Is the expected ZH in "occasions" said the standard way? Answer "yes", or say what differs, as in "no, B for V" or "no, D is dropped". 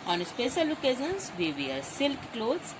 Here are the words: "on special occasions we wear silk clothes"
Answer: no, Z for ZH